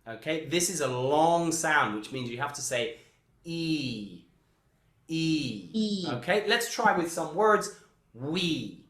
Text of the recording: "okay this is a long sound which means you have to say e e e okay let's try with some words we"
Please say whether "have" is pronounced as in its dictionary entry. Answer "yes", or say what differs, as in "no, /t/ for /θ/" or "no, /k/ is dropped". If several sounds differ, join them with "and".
no, /f/ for /v/